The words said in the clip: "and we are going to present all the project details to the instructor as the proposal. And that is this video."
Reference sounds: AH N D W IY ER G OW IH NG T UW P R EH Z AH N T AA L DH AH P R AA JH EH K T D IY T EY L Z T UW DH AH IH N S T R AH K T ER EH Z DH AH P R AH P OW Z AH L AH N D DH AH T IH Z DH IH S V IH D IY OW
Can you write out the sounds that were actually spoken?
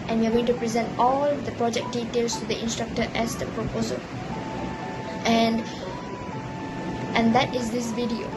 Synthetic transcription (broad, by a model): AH N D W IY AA G OW IH NG T UW P R EH Z AH N T AA L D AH P R AA JH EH K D IY T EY L S T UW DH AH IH N S T R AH K T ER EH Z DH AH P R AH P OW Z AH L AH N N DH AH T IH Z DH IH S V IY D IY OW